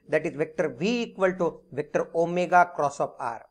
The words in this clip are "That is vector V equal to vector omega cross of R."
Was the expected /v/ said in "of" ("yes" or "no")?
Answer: no